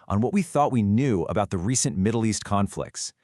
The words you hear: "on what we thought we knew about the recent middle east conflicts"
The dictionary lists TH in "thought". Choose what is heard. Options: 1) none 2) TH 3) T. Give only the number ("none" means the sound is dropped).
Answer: 2